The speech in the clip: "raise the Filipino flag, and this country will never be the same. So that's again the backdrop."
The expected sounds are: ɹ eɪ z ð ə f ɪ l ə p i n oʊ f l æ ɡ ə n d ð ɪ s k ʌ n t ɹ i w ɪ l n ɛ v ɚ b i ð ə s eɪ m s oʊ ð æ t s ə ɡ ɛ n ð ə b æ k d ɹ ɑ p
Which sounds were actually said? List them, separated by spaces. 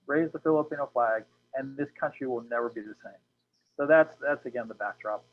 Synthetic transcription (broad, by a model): ɹ eɪ z ð ə f ɪ l ə p i n oʊ f l æ ɡ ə n ð ɪ s k ʌ n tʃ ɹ i w ɪ l n ɛ v ɚ b i ð ə s eɪ m s oʊ ð æ t s ə ɡ ɛ n ð ə b æ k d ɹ ɑ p